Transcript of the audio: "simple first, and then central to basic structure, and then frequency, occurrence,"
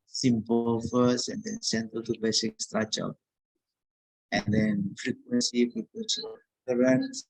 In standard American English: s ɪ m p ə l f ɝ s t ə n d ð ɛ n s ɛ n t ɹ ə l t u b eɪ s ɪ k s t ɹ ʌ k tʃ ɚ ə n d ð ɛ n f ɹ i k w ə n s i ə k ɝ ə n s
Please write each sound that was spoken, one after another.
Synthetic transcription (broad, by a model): s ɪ m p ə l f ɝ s ə n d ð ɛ n s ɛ n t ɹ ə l t u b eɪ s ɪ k s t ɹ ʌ tʃ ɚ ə n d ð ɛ n f ɹ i k w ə n s i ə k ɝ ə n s